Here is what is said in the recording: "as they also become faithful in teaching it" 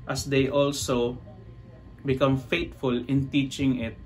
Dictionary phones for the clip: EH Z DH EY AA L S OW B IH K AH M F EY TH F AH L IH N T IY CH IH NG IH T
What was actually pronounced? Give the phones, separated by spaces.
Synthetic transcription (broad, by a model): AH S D EY AA L S OW B IH K AH M F EY T F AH L IH N T IY CH IH NG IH T